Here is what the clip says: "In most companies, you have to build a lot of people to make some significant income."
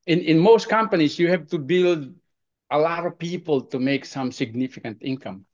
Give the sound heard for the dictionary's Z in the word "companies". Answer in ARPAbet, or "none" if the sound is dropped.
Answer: S